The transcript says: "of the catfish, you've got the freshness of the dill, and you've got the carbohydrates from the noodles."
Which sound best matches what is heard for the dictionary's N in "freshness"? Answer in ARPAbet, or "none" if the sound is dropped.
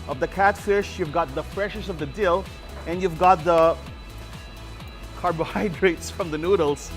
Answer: none